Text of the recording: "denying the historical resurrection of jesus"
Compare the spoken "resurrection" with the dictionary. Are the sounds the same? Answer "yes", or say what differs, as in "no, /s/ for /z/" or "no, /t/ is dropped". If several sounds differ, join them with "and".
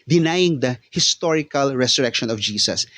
no, /s/ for /z/